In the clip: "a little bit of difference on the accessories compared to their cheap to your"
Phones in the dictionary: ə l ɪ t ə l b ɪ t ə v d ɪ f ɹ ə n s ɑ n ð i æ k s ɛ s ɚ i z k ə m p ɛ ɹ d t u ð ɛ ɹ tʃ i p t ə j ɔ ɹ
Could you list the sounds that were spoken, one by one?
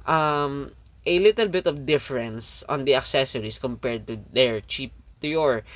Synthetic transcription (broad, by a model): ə l ɪ t ə l b ɪ t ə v d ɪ f ɹ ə n s ɑ n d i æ k s ɛ s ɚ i s k ə m p ɛ ɹ d t u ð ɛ ɹ tʃ i p t ə j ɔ ɹ